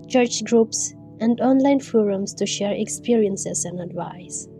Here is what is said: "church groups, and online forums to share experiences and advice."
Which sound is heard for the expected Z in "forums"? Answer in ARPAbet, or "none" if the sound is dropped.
S